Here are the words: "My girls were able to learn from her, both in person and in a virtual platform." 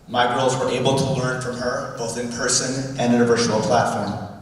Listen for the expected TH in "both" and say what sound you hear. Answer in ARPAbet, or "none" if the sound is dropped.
TH